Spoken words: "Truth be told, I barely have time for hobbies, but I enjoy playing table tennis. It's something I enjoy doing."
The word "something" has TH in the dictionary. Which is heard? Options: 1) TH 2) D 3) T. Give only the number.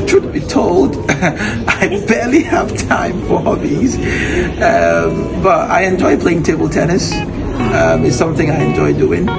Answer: 1